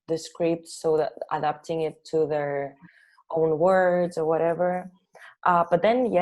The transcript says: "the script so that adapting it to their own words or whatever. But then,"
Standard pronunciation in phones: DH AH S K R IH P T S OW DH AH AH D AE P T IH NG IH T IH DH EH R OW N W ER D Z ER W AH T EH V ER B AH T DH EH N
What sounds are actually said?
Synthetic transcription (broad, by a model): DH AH S K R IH P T S OW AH AH D AE P T IH NG IH T IH DH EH R OW N W ER D Z ER W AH T EH V ER B AH T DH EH N